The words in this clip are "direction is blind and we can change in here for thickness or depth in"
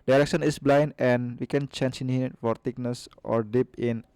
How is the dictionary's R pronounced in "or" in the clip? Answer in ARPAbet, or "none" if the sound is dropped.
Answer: R